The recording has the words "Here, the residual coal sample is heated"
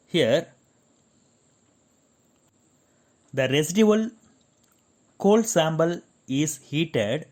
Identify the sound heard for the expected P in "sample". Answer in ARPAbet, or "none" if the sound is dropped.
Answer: B